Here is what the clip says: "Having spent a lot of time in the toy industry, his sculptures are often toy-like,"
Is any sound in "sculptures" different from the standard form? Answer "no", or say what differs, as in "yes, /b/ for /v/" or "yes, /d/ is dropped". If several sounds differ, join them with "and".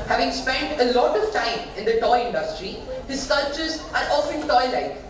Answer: yes, /k/ is dropped